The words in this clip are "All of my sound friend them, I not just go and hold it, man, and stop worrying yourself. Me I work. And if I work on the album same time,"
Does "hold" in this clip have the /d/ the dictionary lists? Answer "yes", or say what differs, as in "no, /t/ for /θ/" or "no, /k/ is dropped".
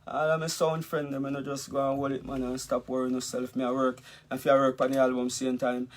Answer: no, /d/ is dropped